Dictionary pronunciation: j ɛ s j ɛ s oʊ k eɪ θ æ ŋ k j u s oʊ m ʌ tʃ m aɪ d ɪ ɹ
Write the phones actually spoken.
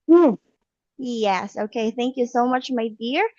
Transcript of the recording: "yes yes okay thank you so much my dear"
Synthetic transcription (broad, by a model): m j ɛ s oʊ k eɪ θ æ ŋ k j u s oʊ m ʌ tʃ m aɪ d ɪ ɹ